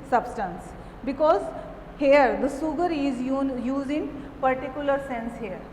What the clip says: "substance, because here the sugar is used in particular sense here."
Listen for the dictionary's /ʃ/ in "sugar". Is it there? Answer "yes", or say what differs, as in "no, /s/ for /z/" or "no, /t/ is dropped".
no, /s/ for /ʃ/